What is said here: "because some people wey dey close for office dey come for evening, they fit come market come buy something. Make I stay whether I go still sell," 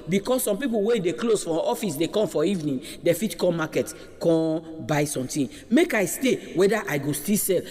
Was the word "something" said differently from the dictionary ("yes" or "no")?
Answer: yes